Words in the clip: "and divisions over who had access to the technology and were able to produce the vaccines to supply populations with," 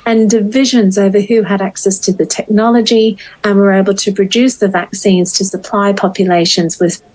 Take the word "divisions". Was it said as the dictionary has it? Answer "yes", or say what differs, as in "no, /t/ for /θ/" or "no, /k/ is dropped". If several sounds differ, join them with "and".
yes